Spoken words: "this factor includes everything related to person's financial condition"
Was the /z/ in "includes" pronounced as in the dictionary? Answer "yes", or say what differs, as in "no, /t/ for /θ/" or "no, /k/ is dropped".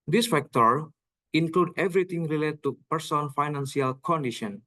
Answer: no, /z/ is dropped